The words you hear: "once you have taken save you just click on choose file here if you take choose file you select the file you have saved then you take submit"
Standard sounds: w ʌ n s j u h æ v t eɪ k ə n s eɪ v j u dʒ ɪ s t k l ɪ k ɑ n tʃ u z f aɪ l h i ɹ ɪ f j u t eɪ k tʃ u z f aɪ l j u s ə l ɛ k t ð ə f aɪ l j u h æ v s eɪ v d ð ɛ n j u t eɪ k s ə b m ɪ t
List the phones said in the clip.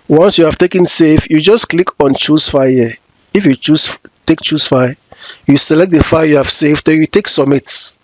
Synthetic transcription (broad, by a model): w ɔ n s j u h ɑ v t eɪ k ə n s eɪ f j u dʒ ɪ s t k l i k ɑ n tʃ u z f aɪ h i ɪ f j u t eɪ k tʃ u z f aɪ j u s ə l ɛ k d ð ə f aɪ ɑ j u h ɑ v s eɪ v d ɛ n j u t eɪ k s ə m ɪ t